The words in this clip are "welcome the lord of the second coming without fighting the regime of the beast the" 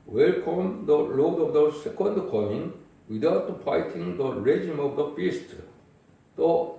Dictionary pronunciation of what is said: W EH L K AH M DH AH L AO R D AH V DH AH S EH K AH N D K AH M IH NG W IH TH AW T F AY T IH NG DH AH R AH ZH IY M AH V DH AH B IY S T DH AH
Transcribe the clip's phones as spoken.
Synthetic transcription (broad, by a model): W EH L K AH M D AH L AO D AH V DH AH S EH K AH N D K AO IH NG W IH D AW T P AY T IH NG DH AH R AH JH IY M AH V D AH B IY S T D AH